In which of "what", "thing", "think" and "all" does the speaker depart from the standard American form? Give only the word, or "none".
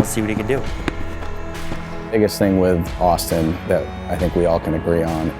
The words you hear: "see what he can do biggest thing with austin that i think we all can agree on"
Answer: none